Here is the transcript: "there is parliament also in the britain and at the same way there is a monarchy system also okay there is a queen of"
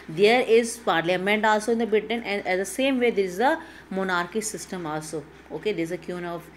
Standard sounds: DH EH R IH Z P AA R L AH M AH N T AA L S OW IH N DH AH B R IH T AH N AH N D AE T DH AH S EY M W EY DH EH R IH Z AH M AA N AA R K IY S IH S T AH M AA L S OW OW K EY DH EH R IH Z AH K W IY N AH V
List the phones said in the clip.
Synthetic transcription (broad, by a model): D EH R IH Z P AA R L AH M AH N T AA L S OW IH N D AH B IH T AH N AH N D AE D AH S EY M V EY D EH R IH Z AH M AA N AA R K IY S IH S T AH M AA L S OW OW K EY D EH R IH Z AH K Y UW N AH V